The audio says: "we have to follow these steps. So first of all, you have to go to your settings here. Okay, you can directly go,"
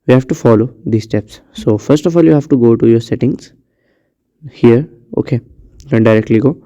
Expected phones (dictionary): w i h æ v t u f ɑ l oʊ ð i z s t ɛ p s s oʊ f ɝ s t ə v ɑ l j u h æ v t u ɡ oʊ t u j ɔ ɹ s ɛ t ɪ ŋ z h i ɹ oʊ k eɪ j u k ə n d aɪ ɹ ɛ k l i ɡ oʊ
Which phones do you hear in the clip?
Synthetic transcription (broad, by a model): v i h æ v t u f ɑ l oʊ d i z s t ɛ p s s oʊ f ɝ s t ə f ɑ l j u h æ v t u ɡ oʊ t u j ɔ ɹ s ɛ t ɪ ŋ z h i ɹ oʊ k eɪ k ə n d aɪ ɹ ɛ k l i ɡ oʊ